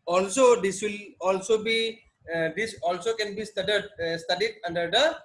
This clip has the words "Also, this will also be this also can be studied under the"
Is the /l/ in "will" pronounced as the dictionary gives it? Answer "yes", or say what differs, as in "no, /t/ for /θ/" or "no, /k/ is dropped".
yes